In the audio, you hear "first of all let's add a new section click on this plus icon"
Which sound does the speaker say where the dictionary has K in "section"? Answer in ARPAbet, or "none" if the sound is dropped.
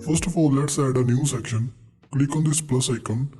K